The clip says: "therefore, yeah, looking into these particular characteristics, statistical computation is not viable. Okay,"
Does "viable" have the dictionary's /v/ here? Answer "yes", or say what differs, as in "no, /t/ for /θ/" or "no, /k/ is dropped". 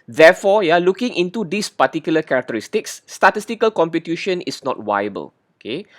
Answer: no, /w/ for /v/